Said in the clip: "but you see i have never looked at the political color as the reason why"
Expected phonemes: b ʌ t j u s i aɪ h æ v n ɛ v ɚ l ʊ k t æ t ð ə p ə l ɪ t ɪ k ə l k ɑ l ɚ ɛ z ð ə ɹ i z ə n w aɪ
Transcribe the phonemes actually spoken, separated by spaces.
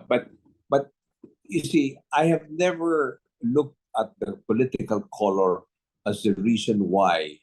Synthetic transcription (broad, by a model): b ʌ t j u s i aɪ h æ v n ɛ v ɚ l ʊ k t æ t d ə p ə l ɪ t ɪ k ə l k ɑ l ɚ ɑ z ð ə ɹ i s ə n w aɪ